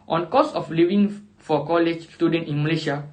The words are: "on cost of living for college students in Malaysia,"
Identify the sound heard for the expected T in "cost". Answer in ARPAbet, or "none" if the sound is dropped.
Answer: none